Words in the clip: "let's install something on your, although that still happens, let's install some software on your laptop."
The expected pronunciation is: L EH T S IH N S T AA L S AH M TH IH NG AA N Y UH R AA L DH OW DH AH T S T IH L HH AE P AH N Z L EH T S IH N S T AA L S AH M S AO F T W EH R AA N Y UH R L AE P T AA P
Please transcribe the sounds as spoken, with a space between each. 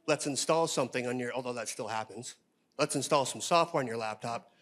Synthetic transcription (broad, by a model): L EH T S IH N S T AA L S AH M TH IH NG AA N Y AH R AA L DH OW DH AH T S T IH L HH AE P AH N Z L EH T S IH N S T AA L S AH M S AO F T W EH R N Y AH R L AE P T AA P